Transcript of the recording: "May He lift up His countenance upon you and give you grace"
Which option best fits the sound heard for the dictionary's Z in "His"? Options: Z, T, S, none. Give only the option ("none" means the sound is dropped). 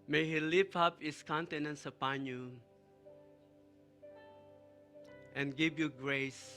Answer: S